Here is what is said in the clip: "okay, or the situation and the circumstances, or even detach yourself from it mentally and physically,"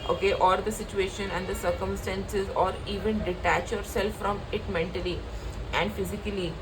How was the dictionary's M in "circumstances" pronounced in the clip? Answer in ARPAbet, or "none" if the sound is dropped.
M